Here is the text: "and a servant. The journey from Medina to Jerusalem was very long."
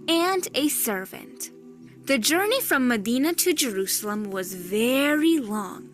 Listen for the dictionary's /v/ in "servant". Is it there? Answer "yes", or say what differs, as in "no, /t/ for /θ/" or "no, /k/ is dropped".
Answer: yes